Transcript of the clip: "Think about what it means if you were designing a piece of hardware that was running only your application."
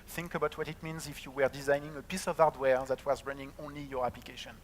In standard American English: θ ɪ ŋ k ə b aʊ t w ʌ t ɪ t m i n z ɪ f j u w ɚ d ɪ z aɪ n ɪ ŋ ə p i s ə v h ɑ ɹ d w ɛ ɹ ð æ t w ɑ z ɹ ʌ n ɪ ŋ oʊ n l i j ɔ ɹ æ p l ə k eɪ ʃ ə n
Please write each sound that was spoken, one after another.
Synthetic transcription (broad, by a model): θ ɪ ŋ k ə b aʊ t w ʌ t ɪ t m i n z ɪ f j u w ɚ d ɪ z aɪ n ɪ ŋ ə p i s ə v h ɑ ɹ d w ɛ ɹ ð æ t w ɑ z ɹ ʌ n ɪ ŋ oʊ n l i j ɔ ɹ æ p l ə k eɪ ʃ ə n